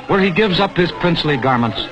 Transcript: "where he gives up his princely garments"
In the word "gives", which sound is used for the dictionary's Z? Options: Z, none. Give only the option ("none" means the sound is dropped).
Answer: Z